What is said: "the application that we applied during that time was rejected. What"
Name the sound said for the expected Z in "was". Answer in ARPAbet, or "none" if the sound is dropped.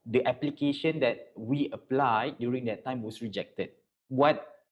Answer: S